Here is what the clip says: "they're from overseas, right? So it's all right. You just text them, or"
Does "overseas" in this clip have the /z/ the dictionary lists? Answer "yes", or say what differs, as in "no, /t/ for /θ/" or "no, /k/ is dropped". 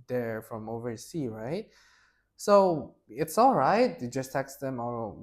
no, /z/ is dropped